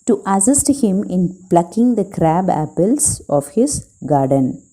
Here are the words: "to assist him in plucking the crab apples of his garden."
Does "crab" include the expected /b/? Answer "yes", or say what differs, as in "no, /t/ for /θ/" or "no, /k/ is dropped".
yes